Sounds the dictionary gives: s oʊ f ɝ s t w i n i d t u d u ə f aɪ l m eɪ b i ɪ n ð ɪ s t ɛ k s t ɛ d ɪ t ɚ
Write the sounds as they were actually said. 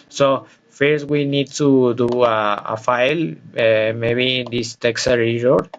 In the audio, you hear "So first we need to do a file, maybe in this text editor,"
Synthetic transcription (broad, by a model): s oʊ f ɝ s t w i n i d t u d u ə f aɪ l m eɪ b i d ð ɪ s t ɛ k s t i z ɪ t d